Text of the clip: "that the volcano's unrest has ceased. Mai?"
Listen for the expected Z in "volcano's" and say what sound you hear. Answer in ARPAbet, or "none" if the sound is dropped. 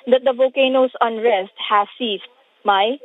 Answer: S